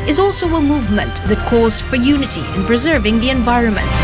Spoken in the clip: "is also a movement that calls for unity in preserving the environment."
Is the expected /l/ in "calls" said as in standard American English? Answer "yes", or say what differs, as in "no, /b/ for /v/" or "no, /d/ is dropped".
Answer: no, /l/ is dropped